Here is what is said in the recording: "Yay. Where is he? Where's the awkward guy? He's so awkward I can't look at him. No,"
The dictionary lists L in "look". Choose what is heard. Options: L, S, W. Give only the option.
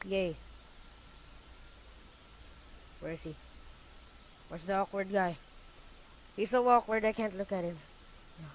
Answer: L